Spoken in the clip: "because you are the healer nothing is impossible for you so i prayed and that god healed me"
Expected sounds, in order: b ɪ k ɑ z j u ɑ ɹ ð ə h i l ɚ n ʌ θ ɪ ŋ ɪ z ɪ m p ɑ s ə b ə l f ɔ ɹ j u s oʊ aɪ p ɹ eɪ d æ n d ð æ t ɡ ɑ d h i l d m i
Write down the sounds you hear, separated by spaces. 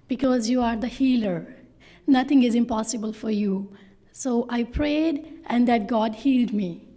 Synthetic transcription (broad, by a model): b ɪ k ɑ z j u ɑ ɹ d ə h i l ɚ n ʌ t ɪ ŋ ɪ z ɪ m p ɑ s ə b ə l f ɔ ɹ j u s oʊ aɪ p ɹ eɪ d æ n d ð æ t ɡ ɑ d h i l d m i